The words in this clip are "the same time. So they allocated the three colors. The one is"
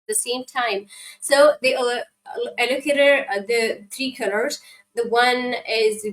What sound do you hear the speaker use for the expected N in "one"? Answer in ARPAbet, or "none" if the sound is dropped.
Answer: N